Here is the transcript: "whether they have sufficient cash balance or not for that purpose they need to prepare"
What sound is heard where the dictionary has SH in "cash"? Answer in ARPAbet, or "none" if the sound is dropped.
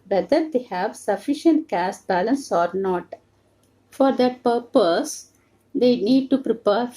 S